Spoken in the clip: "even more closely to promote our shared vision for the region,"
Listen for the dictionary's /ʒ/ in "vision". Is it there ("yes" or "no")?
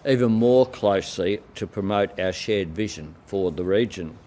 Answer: yes